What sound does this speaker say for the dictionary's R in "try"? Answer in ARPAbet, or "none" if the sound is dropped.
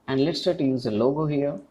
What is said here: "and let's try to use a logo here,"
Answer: none